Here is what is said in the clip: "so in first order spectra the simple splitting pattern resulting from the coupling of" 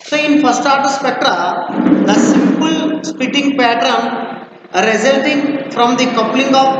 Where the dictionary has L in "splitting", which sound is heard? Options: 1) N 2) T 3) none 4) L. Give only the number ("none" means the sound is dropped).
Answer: 3